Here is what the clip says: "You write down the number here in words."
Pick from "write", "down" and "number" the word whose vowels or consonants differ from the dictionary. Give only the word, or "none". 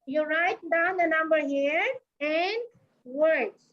none